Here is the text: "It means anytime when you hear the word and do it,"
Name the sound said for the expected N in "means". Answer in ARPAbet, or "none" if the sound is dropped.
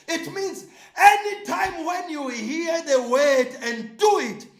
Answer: N